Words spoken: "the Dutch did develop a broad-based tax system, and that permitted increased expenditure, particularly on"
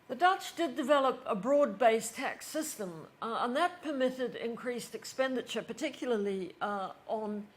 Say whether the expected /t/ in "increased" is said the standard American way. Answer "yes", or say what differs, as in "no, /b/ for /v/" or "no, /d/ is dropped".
yes